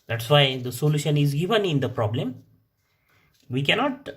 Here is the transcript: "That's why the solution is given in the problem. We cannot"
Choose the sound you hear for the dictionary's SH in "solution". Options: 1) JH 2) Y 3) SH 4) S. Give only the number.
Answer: 3